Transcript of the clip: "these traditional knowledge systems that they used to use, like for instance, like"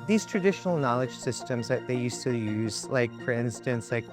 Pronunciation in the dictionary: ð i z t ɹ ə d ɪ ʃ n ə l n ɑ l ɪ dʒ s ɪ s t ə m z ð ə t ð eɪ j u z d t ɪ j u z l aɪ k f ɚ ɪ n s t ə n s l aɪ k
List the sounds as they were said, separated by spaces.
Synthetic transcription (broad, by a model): ð i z t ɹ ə d ɪ ʃ n l n ɑ l ɪ dʒ s ɪ s t ə m z ð ə t ð eɪ j u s t ɪ j u z l aɪ k f ɚ ɪ n s t ə n s l aɪ k